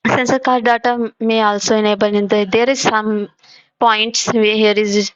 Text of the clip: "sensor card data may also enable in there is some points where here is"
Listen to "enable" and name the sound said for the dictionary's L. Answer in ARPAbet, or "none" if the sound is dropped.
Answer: N